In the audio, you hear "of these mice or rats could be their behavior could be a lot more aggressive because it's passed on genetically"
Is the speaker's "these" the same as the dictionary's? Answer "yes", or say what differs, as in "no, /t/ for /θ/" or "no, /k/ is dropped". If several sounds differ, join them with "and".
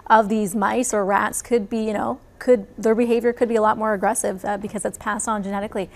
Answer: yes